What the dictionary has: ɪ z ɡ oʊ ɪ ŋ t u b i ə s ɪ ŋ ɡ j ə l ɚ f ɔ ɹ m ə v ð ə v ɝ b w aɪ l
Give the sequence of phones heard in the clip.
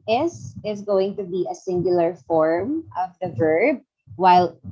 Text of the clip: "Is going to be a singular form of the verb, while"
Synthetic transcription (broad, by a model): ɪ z ɡ oʊ ɪ ŋ t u b i ə s ɪ ŋ ɡ j ə l ɚ f ɔ ɹ m ə v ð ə v ɝ b w aɪ l